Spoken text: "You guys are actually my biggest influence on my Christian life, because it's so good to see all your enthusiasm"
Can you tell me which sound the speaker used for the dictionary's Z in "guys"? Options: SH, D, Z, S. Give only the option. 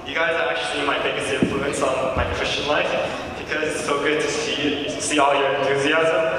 Z